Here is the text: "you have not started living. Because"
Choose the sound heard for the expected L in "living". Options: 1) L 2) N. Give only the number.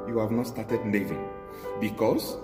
2